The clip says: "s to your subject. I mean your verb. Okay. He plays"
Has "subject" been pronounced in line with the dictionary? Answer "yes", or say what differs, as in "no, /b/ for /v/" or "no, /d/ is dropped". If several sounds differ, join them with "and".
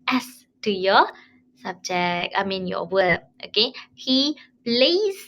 no, /t/ is dropped